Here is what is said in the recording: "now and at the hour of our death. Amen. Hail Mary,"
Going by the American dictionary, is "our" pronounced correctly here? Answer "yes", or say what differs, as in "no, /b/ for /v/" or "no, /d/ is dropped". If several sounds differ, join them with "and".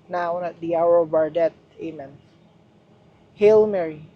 yes